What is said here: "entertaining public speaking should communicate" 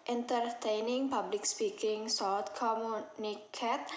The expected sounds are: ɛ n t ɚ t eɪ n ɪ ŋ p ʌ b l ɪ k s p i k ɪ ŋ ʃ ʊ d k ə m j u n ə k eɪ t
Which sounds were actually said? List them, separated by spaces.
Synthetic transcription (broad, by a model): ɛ n t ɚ t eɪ n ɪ ŋ p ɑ b l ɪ k s p i k ɪ ŋ s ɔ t k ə m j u n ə k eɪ t